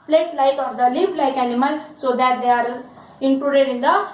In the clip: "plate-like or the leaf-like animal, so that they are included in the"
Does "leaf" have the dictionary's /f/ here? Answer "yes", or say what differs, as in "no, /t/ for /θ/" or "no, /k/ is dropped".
no, /p/ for /f/